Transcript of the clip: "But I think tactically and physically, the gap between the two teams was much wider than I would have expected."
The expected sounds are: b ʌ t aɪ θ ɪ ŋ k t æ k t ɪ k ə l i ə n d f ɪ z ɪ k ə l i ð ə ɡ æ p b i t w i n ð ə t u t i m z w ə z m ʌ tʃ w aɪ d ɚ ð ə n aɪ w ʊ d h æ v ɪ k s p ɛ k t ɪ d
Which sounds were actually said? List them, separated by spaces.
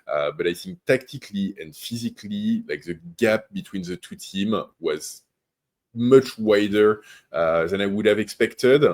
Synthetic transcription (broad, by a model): b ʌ t aɪ θ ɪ ŋ k t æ k t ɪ k l i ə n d f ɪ z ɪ k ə l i ð ə ɡ æ p b i t w i n ð ə t u t i m w ə z m ʌ tʃ w aɪ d ɚ ð ə n aɪ w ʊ d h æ v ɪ k s p ɛ k t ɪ d